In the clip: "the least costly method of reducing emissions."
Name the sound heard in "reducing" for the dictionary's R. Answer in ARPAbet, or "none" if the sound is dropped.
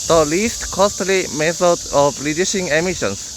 L